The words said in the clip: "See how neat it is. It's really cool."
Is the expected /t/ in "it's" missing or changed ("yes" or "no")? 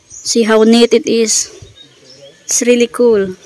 yes